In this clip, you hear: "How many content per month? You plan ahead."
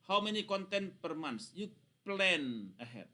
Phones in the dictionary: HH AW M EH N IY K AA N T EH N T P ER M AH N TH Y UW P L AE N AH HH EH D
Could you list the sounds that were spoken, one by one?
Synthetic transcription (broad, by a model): HH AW M EH N IY K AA N T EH N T P ER M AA N S Y UW P L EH N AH HH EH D